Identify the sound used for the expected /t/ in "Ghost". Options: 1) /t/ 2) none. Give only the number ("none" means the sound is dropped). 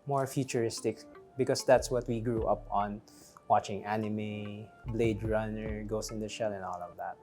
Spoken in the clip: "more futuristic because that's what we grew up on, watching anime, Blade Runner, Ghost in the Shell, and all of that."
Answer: 2